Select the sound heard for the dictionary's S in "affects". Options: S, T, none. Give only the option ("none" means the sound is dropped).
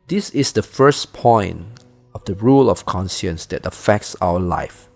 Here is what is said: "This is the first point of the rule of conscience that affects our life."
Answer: S